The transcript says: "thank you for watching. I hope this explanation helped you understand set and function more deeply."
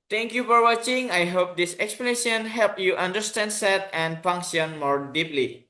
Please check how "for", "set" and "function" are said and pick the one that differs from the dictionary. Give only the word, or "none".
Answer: function